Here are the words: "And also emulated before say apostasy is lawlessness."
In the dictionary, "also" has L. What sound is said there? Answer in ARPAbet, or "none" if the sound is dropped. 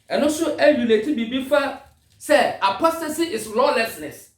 none